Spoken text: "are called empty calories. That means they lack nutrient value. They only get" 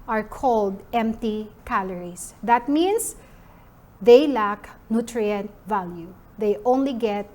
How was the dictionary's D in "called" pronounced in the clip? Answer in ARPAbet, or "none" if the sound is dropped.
D